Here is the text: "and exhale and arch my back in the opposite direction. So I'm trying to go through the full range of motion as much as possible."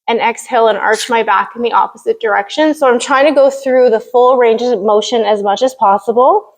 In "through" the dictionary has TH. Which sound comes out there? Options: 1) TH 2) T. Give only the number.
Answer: 1